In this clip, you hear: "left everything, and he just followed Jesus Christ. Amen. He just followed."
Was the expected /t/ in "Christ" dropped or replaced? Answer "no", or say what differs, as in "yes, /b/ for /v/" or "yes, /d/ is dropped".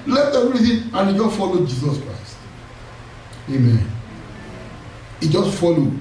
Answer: no